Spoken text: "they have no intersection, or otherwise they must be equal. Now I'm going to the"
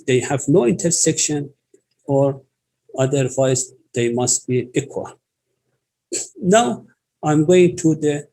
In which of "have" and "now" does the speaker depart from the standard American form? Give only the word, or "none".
none